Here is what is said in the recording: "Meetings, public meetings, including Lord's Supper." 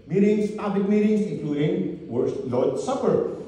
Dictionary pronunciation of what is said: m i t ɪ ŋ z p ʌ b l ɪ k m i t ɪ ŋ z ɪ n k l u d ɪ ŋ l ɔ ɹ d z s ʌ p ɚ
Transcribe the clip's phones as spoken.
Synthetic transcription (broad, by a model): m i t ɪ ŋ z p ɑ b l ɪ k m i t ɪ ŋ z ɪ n k l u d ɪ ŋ w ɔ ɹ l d s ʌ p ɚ